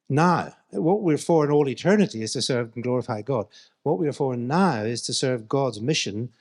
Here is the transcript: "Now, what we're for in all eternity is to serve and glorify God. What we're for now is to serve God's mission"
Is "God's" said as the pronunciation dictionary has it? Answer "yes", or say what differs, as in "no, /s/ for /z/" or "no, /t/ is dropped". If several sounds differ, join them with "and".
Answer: yes